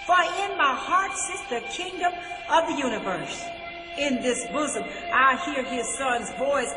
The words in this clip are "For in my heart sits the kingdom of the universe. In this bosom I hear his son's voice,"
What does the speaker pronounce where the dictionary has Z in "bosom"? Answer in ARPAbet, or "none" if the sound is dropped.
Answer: Z